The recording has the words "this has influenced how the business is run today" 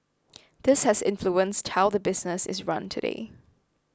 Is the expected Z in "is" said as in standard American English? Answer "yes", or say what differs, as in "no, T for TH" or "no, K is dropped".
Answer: yes